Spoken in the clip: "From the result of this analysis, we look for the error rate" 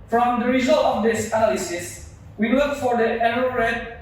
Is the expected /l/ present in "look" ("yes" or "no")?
no